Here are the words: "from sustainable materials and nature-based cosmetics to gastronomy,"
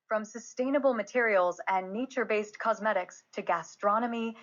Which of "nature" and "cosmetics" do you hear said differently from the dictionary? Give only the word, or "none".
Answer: none